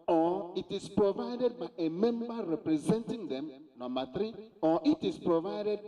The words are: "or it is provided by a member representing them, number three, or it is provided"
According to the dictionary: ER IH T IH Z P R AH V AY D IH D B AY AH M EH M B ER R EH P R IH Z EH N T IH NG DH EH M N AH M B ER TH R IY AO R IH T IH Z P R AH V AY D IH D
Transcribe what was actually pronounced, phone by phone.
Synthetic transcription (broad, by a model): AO IH T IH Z P R AH V AY D IH D B AY AH M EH M B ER R EH P R IH Z EH N T IH NG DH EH M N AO M AA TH R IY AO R IH T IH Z P R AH V AY D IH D